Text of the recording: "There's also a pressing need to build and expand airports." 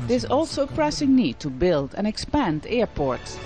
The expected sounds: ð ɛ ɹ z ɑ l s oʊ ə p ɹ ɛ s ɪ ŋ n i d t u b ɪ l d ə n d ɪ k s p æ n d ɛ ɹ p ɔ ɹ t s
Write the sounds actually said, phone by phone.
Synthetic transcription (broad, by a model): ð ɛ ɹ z ɑ l s oʊ ə p ɹ ɛ s ɪ ŋ n i d t u b ɪ l d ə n ɪ k s p æ n d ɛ ɹ p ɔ ɹ t s